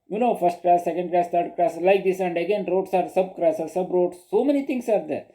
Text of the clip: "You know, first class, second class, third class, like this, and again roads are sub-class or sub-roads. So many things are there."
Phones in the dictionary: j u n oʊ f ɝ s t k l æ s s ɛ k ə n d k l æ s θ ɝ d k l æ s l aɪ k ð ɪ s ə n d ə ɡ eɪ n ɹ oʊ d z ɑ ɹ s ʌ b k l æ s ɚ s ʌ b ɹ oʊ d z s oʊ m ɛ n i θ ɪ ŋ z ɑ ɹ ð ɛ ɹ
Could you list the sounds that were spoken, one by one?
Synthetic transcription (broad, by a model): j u n oʊ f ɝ s t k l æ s s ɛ k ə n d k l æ s t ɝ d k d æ s l aɪ k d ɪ s ə n d ə ɡ eɪ n ɹ oʊ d s ɑ ɹ s ʌ b k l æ s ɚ s ʌ b ɹ oʊ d s oʊ m ɛ n i t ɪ ŋ s ɑ ɹ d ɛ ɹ